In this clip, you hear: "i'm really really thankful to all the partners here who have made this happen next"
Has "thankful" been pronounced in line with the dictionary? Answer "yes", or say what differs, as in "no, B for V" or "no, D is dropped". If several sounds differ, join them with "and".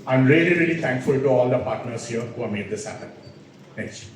no, T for TH